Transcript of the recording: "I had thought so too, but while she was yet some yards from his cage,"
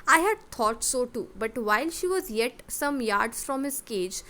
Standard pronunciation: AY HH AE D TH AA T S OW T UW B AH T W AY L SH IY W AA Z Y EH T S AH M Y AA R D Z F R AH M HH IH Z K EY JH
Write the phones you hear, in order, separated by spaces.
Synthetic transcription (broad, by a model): AY HH AE D T AA T S OW T UW B AH T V AY L SH IY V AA Z Y EH T S AH M Y AA R D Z F R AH M HH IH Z K EY JH